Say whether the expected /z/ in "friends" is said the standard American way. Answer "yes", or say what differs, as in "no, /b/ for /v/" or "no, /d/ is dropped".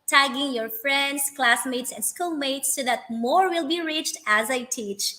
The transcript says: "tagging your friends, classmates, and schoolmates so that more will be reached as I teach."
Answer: no, /s/ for /z/